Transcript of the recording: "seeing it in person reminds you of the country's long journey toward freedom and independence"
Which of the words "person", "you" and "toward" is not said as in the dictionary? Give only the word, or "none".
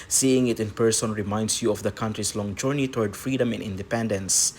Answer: none